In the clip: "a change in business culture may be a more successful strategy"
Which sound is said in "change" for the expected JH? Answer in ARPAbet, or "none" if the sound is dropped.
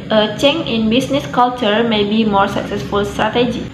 none